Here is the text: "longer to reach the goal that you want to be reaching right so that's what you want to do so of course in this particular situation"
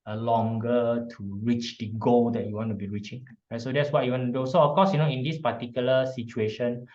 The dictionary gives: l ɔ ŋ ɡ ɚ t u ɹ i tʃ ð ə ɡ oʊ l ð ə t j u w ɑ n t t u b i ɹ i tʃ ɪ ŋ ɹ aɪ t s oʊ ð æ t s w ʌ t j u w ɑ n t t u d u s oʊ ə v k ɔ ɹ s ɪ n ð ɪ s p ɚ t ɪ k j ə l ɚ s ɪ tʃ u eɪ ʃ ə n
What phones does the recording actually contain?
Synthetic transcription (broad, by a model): l ɔ ŋ ɡ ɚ t u ɹ i tʃ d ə ɡ oʊ l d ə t j u w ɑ n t t u b i ɹ i tʃ ɪ ŋ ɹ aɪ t s oʊ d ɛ t s w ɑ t j u w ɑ n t t u d u s oʊ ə f k ɔ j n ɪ n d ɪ s p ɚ t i k j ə l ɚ s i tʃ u eɪ ʃ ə n